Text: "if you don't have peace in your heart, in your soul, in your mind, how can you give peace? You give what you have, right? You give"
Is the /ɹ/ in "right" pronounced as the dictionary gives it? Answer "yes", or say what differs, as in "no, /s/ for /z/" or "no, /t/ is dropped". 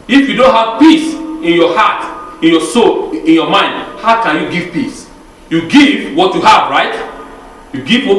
yes